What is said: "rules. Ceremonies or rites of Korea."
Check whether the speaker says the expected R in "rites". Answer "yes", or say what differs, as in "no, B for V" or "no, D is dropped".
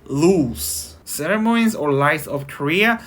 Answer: no, L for R